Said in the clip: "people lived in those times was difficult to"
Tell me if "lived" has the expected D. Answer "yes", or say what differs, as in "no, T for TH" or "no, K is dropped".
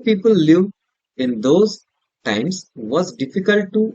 no, D is dropped